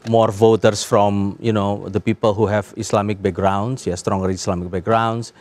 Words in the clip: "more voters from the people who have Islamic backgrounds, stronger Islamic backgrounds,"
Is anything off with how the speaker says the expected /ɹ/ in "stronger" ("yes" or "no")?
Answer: no